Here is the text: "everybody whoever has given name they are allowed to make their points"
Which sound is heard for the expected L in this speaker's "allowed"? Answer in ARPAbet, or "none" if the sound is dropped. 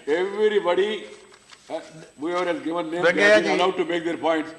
none